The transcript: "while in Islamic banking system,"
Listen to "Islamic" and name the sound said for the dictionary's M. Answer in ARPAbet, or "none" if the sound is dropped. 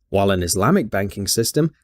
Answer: M